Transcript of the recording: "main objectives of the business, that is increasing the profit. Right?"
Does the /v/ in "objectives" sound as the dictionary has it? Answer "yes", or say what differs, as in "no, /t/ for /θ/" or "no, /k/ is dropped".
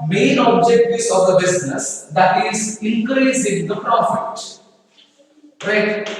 no, /v/ is dropped